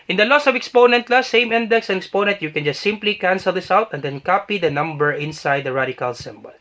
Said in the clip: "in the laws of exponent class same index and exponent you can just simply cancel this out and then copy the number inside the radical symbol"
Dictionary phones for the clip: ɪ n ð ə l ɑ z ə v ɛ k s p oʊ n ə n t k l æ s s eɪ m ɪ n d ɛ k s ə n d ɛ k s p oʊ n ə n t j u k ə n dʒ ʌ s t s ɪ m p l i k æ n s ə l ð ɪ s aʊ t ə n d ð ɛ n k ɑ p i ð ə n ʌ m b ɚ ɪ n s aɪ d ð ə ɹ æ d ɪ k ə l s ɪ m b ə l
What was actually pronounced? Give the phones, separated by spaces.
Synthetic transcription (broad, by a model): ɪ n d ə l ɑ s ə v ɛ k s p oʊ n ə n t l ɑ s s eɪ m ɪ n d ɛ k s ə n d ɛ k s p oʊ n ə n t j u k ə n dʒ ʌ s t s ɪ m p l i k æ n s ə l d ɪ s aʊ t ə n d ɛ n k ɑ p i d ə n ʌ m b ɚ ɪ n s aɪ d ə ɹ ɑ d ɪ k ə l s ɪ m b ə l